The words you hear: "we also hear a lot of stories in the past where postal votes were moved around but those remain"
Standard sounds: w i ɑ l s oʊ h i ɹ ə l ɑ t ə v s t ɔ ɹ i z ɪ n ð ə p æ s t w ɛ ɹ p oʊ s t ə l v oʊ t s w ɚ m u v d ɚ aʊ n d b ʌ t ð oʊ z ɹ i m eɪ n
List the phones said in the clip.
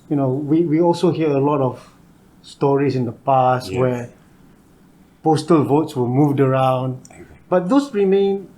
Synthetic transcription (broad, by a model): w i ɑ l s oʊ h i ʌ ə l ɑ t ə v s t ɔ ɹ i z ɪ n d ə p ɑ s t w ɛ p oʊ s t ə l v oʊ t s w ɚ m u v d ɚ aʊ n d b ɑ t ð oʊ s ɹ i m eɪ n